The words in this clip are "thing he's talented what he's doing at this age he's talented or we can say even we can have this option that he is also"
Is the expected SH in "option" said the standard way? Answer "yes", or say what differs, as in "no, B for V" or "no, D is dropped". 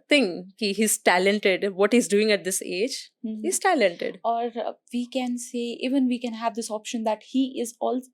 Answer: yes